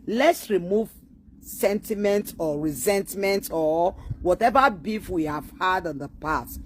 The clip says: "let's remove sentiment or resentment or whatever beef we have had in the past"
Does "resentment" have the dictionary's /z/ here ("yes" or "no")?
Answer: yes